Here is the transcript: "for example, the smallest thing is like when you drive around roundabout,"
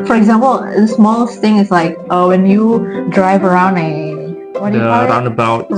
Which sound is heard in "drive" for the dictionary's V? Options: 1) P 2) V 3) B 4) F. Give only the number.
2